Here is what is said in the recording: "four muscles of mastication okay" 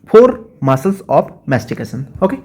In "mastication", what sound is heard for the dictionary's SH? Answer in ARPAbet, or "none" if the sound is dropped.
S